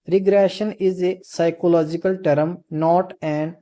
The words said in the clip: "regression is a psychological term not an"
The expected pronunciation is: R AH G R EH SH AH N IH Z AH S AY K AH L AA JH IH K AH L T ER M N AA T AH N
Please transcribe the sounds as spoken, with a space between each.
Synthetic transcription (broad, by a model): R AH G R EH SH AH N IH Z AH S AY K AH L AA JH IH K AH L T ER M N AA T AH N